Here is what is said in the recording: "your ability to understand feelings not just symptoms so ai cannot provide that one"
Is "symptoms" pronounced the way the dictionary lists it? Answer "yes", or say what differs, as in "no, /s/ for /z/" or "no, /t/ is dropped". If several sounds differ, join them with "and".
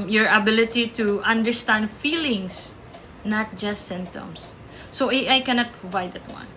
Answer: no, /p/ is dropped